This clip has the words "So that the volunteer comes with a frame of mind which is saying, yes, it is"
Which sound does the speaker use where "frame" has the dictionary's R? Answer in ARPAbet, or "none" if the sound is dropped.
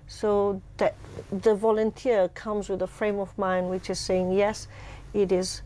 R